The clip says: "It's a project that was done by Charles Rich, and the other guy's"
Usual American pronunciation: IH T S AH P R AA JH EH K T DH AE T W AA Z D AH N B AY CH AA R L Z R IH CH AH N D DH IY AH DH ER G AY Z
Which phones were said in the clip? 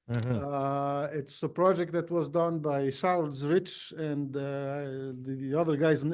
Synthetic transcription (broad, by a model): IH T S AH P R AA JH EH K T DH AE T W AA Z D AH N B AY SH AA R L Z R IH CH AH N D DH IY AH DH ER G AY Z